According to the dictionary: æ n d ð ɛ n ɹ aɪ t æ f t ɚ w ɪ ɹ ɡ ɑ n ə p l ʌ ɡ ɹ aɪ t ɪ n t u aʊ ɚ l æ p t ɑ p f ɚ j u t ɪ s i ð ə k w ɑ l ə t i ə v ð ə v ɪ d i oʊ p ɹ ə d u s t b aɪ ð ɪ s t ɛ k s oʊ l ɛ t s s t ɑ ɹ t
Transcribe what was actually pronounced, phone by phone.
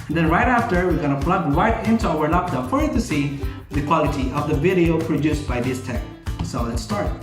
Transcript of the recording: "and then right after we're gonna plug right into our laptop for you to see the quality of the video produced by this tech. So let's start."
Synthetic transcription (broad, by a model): n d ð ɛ n ɹ aɪ t æ f t ɚ w ɪ ɹ ɡ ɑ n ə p l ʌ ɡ ɹ aɪ t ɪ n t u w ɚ n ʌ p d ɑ f ɚ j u t ɪ s i ð ə k w ɑ l ə t i ə v ð ə v ɪ d i oʊ p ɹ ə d u s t b aɪ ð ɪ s t ɛ k s oʊ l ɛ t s s t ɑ ɹ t